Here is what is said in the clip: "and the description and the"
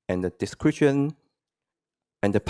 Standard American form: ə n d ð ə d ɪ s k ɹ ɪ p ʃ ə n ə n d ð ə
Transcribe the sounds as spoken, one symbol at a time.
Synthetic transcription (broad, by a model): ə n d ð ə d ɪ s k ɹ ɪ ʃ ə n ə n d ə